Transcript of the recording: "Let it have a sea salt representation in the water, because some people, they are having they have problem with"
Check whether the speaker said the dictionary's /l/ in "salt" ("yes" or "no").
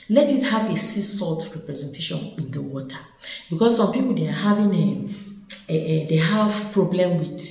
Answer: yes